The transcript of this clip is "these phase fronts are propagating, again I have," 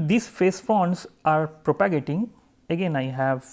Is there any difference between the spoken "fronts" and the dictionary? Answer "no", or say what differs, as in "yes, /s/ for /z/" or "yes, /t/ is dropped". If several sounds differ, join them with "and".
yes, /ɹ/ is dropped